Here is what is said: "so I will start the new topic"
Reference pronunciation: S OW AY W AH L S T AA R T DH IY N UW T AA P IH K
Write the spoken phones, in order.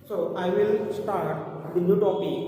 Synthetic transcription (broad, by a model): S OW AY W AH L S T AA R T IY N UW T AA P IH